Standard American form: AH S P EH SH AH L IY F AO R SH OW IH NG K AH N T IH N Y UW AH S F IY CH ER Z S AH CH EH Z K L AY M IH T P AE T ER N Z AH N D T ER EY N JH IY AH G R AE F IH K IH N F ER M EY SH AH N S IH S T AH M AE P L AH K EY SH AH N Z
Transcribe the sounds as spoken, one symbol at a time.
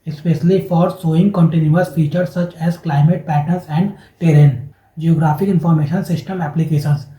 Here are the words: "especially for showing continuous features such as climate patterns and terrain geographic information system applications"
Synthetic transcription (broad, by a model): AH S P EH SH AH L IY F AO R S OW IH NG K AH N T IH N Y UW AH S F IY CH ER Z S AH CH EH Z K L AY M IH T P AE T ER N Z AH N D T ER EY N JH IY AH G R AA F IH K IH N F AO M EY SH AH N S IH S T AH M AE P L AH K EY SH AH N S